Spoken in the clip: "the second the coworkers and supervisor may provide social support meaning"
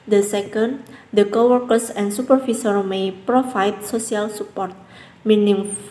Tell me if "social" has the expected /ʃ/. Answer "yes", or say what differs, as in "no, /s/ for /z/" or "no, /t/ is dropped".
no, /s/ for /ʃ/